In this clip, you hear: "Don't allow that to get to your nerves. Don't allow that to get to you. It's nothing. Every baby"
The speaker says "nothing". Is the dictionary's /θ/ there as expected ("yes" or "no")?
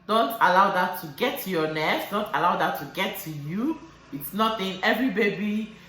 no